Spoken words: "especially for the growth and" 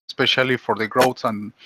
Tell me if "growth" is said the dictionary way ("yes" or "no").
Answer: no